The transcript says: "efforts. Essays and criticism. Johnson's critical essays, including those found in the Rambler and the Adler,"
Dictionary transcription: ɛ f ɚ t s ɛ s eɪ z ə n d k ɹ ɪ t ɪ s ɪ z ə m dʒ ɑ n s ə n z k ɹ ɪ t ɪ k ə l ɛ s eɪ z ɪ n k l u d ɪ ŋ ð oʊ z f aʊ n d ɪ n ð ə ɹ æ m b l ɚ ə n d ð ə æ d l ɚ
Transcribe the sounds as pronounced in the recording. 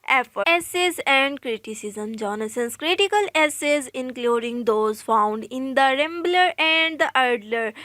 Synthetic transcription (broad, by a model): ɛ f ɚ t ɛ s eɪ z ə n d k ɹ ɪ t ɪ s ɪ z ə m dʒ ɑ n s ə n s k ɹ ɪ t ɪ k ə l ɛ s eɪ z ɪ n k l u d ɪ ŋ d oʊ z f aʊ n d ɪ n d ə ɹ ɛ m b l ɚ ə n d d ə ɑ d l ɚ